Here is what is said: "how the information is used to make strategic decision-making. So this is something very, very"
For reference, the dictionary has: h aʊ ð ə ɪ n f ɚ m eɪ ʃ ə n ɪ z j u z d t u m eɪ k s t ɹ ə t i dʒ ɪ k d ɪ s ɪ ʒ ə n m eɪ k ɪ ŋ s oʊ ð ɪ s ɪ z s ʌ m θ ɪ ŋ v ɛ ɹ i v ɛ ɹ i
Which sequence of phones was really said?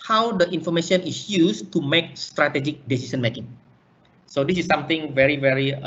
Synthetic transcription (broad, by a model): h aʊ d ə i n f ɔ m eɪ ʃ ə n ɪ s j u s t u m eɪ k s t ɹ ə t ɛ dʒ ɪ k d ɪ s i s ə n m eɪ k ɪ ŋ s oʊ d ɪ s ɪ s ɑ m t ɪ ŋ v ɛ ɹ i v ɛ ɹ i